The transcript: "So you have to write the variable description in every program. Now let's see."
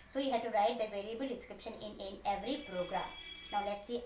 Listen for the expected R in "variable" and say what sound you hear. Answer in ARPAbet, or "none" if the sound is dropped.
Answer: L